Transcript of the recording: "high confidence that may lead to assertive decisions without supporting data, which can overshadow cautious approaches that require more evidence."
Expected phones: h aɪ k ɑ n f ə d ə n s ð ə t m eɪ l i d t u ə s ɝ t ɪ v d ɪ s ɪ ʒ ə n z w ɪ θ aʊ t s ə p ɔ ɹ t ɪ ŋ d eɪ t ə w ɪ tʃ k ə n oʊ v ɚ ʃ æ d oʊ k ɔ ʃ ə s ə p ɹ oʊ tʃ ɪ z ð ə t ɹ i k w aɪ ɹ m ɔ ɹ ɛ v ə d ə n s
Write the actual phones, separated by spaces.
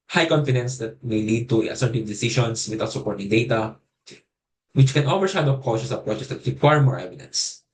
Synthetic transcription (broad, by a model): h aɪ k ɑ n f ə d ə n s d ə t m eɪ l i d t u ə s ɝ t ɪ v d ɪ s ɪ ʃ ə n s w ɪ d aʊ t s ə p ɔ ɹ t ɪ ŋ d eɪ t ə w ɪ tʃ k ə n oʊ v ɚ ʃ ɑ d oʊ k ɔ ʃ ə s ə p ɹ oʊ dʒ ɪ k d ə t ɹ i k w aɪ ɹ m ɔ ɹ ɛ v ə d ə n s